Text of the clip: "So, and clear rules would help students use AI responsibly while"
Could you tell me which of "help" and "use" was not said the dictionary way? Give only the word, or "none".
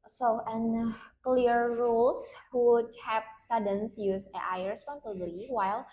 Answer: help